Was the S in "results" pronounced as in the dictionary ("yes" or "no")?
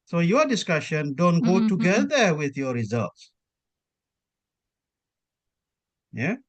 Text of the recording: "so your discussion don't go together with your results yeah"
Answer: yes